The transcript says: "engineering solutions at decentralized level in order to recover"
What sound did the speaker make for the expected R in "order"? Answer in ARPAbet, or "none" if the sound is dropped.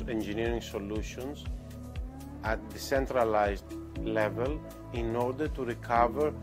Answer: R